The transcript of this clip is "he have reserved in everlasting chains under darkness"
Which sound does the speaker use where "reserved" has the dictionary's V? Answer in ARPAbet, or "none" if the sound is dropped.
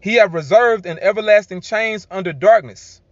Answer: V